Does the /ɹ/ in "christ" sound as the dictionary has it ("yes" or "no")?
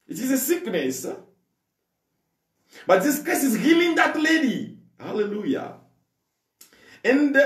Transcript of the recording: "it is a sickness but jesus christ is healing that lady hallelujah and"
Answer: no